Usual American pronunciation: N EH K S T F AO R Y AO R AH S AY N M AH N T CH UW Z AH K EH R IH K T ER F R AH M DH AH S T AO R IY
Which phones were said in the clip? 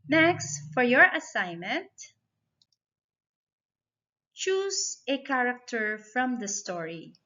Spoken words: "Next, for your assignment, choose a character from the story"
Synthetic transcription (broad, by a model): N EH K S T F AO R Y AO R AH S AY N M AH N T CH UW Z AH K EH R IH K T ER F R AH M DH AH S T AO R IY